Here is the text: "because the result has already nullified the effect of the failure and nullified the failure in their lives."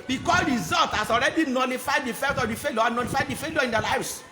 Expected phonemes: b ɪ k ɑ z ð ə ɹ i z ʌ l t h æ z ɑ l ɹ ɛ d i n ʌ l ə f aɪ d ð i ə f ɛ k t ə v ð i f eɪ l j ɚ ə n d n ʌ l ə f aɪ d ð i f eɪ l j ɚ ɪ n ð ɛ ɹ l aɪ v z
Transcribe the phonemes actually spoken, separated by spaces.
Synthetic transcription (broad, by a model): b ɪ k ɑ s ɹ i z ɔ l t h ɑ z ɑ l ɹ ɛ d i n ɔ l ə f aɪ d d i f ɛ t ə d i f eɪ l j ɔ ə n n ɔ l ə f aɪ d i f eɪ l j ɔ ɪ n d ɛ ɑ l aɪ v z